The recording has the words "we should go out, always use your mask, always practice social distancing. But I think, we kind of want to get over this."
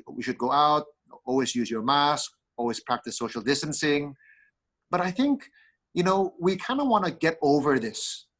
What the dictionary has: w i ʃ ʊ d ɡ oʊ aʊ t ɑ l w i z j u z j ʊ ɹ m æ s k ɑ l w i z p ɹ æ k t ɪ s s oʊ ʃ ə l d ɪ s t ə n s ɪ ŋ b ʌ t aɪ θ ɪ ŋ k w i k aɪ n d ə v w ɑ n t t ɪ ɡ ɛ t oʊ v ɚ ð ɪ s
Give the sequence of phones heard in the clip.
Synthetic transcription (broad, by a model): w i ʃ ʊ d ɡ oʊ aʊ t ɑ l w i z j u z j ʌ ɹ m æ s k ɑ l w i z p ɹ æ k t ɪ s s oʊ ʃ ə l d ɪ s t ə n s ɪ ŋ b ʌ t aɪ θ ɪ ŋ k w i k aɪ n d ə w ɑ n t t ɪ ɡ ɛ t oʊ v ɚ ð ɪ s